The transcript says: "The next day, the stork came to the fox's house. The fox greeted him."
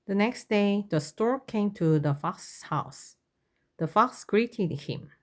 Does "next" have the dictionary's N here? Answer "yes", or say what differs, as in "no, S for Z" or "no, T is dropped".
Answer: yes